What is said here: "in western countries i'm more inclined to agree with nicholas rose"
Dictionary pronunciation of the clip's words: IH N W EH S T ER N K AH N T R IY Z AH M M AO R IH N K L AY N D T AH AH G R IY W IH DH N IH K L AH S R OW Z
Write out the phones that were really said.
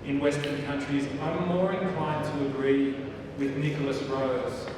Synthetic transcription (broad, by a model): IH N W EH S T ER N K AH N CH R IY Z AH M M AO R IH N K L AY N T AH AH G R IY W IH DH N IH K L AH S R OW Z